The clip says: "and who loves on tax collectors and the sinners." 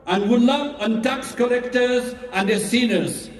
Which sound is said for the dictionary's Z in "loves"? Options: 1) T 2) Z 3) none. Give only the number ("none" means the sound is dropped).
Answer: 3